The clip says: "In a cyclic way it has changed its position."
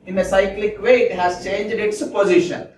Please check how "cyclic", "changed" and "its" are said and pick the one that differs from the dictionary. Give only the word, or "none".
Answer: none